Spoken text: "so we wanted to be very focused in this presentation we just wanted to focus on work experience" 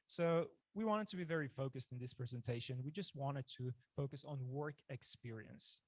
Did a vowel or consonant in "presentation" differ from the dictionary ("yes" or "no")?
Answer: no